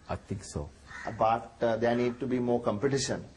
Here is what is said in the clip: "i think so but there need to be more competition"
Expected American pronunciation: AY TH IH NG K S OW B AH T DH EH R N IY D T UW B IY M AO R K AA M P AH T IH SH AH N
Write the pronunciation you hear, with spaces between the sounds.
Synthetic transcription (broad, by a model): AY T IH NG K S OW B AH T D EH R N IY D T UW B IY M AO R K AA M P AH T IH SH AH N